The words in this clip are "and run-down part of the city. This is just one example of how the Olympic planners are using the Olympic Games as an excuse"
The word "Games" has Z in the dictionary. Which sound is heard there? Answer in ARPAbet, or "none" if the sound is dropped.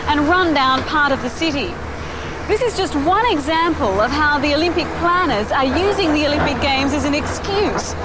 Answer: Z